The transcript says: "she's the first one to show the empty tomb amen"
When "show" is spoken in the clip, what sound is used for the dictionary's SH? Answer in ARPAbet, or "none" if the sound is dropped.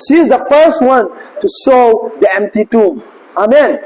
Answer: S